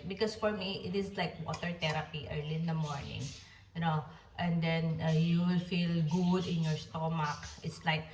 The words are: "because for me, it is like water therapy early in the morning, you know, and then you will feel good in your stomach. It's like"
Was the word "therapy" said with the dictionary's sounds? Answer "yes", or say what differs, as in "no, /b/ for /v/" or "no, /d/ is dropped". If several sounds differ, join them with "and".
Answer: no, /t/ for /θ/